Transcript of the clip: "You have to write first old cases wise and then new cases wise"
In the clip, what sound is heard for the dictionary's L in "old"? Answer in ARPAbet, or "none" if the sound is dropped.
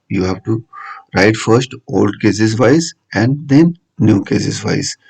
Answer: L